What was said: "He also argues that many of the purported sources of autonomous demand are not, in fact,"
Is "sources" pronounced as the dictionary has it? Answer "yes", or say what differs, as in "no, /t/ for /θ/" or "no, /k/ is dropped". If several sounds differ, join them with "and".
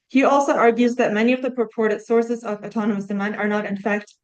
yes